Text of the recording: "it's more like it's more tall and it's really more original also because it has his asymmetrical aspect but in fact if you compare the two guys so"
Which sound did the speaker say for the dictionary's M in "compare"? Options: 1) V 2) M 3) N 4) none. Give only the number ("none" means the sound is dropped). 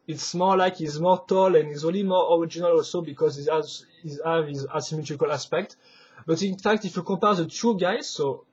4